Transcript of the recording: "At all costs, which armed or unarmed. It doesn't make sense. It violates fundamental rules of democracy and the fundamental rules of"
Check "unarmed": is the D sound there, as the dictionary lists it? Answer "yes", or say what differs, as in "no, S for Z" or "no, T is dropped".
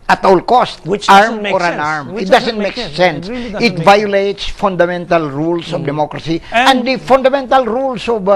no, D is dropped